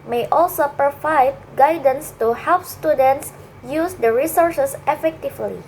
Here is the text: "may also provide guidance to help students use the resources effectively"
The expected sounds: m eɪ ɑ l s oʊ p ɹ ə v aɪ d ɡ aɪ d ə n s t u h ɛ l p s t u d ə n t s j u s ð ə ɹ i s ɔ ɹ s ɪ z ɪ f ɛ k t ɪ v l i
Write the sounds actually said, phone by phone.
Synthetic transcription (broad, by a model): m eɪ ɑ l s oʊ p ɹ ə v aɪ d ɡ aɪ d ə n s t u h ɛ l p s t u d ə n t s j u s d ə ɹ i s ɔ ɹ s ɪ s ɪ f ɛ k t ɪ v l i